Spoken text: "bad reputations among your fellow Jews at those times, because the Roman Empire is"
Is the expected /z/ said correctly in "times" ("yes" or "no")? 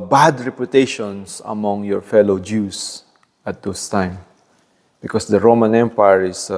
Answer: no